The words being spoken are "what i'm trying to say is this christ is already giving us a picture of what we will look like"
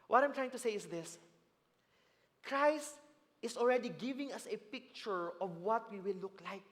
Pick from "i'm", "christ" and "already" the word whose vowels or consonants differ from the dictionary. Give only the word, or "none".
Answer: none